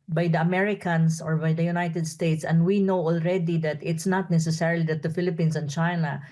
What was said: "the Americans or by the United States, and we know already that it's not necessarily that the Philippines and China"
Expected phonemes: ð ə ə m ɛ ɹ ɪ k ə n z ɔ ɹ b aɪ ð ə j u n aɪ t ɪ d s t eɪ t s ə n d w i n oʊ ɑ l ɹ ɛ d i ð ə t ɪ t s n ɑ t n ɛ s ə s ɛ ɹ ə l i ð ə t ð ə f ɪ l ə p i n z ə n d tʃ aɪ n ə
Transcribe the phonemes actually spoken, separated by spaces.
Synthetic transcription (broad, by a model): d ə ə m ɛ ɹ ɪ k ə n s ɔ ɹ b aɪ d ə j u n aɪ t ɪ d s t eɪ t s ə n d w i n oʊ ɑ l ɹ ɛ d i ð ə t ɪ t s n ɑ t n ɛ s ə s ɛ ɹ l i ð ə t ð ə f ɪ l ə p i n s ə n tʃ aɪ n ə